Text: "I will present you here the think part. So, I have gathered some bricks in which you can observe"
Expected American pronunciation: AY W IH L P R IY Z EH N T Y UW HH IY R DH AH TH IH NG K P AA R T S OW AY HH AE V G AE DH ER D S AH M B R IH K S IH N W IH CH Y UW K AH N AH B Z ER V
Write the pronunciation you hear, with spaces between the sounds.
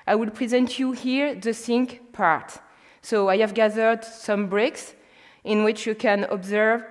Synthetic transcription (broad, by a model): AY W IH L P R IY Z EH N T Y UW HH IY R DH AH S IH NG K P AA R T S OW AY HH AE V G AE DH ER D S AH M B R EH K S IH N W IH CH Y UW K AH N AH B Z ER V